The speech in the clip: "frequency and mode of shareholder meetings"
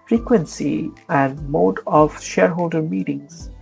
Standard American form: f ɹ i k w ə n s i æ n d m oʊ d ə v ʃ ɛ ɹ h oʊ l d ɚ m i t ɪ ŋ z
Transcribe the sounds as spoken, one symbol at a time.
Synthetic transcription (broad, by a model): f ɹ i k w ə n s i æ n d m oʊ d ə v ʃ ɛ ɹ h oʊ l d ɚ m i t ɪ ŋ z